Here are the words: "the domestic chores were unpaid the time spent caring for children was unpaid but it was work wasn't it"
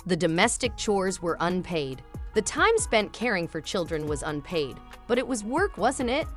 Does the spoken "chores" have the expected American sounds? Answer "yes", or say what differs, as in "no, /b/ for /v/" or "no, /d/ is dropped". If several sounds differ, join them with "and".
yes